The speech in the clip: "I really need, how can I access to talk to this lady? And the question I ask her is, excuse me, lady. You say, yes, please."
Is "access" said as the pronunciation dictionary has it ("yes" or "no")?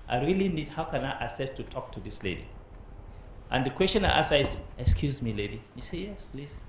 no